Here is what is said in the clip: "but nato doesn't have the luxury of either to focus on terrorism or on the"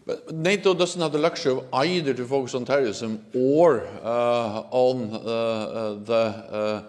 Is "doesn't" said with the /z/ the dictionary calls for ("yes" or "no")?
no